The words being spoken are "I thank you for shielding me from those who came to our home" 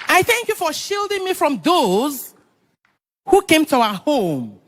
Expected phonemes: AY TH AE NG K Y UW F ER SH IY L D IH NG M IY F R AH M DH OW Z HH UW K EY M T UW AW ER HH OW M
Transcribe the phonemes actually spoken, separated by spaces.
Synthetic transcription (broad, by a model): AY TH AE NG K Y UW F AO SH IY L D IH NG M IY F R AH M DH OW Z HH UW K EY M T UW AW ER HH OW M